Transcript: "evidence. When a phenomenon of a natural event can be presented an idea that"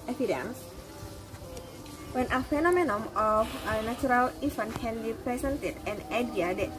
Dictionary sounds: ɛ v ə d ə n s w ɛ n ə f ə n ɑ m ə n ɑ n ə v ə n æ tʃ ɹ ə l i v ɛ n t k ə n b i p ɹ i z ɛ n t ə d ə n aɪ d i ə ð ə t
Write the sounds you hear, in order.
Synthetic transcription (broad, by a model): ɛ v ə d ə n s w ɛ n ə f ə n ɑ m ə n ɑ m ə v ə n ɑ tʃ ɹ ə l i f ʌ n k ə n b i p ɹ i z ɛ n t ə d ə n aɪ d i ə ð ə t